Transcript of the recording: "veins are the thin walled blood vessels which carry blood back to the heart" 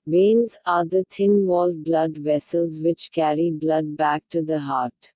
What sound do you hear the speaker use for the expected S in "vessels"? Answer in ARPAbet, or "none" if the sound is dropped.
S